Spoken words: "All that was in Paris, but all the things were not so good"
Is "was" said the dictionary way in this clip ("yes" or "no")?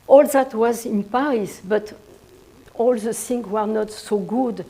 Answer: yes